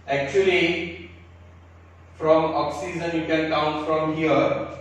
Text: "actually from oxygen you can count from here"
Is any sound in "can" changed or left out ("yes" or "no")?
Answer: yes